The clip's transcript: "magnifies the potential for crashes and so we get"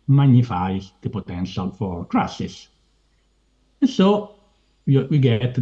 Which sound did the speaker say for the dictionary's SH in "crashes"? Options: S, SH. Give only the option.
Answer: S